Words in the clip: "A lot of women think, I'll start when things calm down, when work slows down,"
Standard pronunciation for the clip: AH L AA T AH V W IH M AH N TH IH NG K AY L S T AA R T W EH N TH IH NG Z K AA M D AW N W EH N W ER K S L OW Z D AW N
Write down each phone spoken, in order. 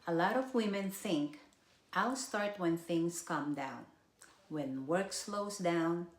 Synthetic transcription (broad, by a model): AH L AA T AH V W IH M AH N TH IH NG K AY L S T AA R T W EH N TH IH NG S K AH M D AW N W EH N W ER K S L OW S D AW N